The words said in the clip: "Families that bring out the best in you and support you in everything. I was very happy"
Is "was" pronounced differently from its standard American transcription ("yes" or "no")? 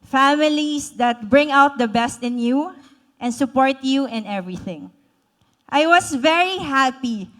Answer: yes